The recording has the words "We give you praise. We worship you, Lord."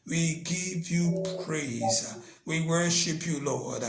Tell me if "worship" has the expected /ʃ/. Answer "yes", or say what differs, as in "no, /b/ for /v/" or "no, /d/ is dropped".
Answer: yes